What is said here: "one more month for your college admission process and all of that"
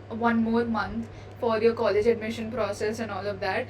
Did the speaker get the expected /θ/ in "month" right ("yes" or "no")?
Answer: no